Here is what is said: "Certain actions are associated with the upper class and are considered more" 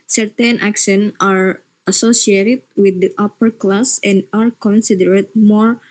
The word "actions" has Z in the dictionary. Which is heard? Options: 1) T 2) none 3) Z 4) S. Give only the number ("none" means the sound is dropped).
2